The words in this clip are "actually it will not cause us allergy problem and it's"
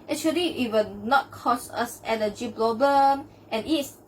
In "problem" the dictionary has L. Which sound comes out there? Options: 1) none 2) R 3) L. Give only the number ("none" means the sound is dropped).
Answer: 1